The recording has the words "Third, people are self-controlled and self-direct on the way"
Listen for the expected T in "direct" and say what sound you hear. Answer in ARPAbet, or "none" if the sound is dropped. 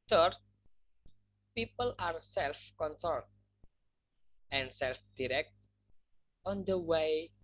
T